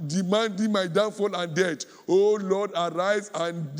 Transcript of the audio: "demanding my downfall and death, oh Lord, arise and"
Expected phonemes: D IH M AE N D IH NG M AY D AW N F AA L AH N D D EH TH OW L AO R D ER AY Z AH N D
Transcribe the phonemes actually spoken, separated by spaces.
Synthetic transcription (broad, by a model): D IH M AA N D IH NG M AY D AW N F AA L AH N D D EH T OW L AO D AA AY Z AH N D